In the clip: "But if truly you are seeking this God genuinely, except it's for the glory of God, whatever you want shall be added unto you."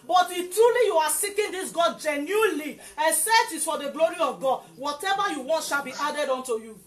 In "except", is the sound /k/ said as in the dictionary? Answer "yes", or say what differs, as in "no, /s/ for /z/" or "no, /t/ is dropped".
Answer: no, /k/ is dropped